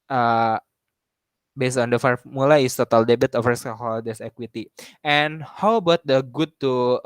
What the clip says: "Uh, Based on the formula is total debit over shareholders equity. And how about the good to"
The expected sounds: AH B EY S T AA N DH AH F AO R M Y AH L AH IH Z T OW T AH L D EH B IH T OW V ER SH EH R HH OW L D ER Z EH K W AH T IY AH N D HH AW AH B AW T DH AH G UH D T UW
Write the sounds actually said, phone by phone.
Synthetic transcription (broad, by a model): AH B EY S T AA N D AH F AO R M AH L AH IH S T OW T AH L D EH B IH T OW F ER S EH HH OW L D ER S EH K W AH T IY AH N HH AW B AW T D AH G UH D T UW